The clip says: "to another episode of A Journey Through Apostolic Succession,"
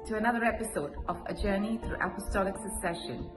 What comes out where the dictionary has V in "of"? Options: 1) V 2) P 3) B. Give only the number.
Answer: 1